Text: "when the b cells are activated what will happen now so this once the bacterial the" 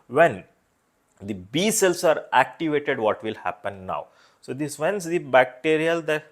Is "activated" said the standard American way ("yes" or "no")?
yes